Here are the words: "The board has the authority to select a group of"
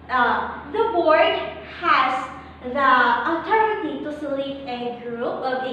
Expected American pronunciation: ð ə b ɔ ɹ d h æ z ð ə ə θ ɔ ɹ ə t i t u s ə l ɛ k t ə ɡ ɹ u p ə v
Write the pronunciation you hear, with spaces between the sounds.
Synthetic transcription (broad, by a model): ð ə b ɔ ɹ d h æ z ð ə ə t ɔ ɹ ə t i t u s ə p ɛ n ɡ ɹ u p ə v